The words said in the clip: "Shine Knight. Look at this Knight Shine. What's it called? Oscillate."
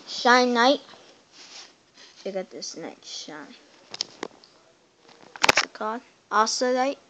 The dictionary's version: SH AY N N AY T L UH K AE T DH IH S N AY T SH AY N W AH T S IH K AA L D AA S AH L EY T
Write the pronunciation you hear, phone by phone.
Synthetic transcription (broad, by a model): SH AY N N AY T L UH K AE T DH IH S N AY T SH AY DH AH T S IH K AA D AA S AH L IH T